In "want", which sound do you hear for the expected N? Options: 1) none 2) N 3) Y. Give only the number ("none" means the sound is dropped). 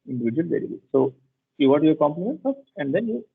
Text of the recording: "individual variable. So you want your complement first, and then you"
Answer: 1